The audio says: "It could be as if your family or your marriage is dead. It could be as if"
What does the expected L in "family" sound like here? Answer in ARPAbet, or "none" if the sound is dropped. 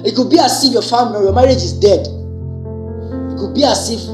N